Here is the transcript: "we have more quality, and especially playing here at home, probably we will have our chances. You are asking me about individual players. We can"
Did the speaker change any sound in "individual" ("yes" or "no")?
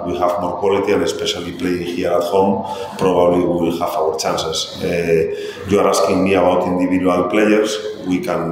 yes